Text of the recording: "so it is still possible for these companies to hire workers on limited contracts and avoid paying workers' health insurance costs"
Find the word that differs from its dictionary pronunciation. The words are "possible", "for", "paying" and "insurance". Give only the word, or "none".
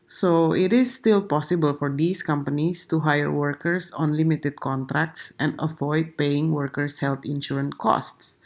insurance